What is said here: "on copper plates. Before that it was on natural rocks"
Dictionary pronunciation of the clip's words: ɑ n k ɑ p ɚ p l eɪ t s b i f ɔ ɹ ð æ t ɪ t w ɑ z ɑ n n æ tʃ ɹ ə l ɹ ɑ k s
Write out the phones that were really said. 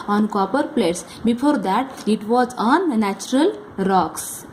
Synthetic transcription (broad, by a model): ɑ n k ɑ p ɚ p l eɪ t s b i f ɔ ɹ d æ t ɪ t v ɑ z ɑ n n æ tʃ ɹ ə l ɹ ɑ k s